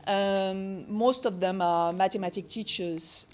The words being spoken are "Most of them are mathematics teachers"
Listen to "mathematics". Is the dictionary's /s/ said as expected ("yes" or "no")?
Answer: no